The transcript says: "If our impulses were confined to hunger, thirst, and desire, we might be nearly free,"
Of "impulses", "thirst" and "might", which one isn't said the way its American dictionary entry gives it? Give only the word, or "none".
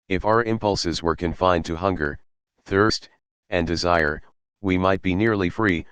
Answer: none